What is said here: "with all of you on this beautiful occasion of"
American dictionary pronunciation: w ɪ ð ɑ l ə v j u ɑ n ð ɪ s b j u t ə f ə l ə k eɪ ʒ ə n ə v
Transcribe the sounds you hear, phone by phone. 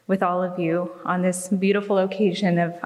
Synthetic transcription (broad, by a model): w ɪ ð ɑ l ə v j u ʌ n ð ɪ s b j u t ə f l ə k eɪ ʒ ə n ə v